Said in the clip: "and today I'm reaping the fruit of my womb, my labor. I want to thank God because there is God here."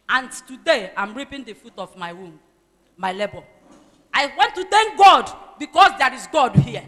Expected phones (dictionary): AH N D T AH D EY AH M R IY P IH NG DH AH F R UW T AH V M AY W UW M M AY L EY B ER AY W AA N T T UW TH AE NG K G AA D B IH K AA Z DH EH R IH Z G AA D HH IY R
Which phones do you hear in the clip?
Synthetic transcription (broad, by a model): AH N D T AH D EY AH M R IY P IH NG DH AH F UW T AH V M AY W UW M M AY L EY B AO AY W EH N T T UW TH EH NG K G AA D B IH K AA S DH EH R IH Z G AA D HH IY